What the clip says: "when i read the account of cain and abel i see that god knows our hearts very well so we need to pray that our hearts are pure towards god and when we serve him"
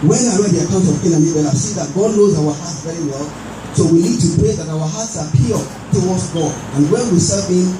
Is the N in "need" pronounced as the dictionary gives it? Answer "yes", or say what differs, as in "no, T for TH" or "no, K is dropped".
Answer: no, L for N